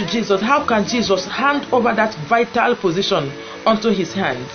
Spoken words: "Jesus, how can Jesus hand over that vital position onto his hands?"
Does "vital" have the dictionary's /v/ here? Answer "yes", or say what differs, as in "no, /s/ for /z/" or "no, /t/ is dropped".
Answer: yes